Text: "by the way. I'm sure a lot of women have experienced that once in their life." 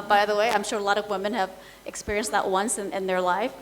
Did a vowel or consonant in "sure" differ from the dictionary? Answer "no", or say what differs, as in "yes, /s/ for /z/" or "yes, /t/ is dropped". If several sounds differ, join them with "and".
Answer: no